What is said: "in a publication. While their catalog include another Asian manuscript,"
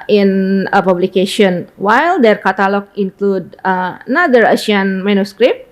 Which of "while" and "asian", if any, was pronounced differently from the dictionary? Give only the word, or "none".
asian